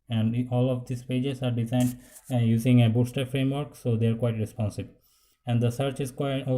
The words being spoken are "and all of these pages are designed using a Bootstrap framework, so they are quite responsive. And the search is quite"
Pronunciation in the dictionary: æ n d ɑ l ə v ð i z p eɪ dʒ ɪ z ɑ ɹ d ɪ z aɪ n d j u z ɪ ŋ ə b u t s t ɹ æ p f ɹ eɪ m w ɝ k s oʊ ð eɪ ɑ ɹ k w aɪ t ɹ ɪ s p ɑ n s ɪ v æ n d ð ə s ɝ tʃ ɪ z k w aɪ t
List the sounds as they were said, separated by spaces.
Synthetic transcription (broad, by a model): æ n d ɑ l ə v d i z p eɪ dʒ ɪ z ɑ ɹ d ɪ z aɪ n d j u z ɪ ŋ ə b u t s t ʌ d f ɹ eɪ m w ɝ k s oʊ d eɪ ɑ ɹ k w aɪ t ɹ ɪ s p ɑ n s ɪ b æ n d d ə s ɝ tʃ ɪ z k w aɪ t